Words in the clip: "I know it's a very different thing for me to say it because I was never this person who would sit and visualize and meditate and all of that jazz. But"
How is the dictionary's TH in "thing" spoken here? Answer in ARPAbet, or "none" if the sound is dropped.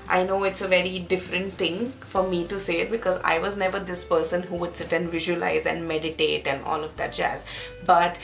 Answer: T